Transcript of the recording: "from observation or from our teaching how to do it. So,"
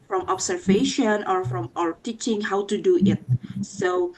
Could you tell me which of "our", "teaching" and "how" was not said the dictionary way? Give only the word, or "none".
none